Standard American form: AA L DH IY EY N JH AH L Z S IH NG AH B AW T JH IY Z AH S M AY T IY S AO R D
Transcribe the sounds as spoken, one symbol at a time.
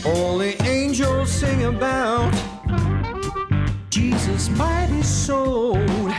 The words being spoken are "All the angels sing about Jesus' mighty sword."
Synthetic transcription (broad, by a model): AA L DH IY EY N JH AH L Z S IH NG AH B AW T JH IY Z AH S M AY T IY S AO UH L